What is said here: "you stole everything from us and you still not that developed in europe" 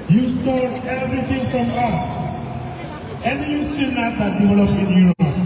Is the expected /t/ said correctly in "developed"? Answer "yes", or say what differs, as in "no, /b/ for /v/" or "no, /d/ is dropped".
no, /t/ is dropped